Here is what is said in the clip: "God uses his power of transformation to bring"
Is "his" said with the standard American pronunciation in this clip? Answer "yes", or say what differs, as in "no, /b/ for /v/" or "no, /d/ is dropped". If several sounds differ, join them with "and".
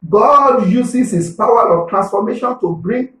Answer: no, /s/ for /z/